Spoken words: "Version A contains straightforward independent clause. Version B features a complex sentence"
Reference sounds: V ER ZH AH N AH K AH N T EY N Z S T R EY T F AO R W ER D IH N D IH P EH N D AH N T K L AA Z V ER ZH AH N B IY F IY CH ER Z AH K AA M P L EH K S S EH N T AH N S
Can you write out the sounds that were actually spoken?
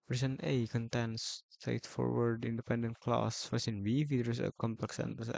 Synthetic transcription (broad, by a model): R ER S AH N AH K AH N T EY N S T R EY T F AO R W ER D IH N D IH P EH N D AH N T K L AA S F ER S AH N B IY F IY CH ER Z AH K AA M P L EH K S S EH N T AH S